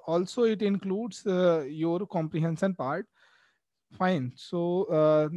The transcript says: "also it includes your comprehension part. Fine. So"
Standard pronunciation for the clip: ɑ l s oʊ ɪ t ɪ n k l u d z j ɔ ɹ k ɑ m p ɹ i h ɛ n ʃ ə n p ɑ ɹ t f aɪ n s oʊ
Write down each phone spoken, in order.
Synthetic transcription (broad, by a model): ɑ l s oʊ ɪ t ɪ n k l u d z j ɔ ɹ k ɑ m p ɹ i h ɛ n s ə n p ɑ ɹ t f aɪ n s oʊ